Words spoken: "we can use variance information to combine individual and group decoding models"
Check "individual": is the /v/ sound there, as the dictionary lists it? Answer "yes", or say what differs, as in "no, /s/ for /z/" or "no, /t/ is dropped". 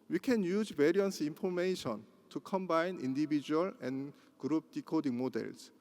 no, /b/ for /v/